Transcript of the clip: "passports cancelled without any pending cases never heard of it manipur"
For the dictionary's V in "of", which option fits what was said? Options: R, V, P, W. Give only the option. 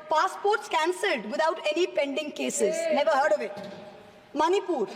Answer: V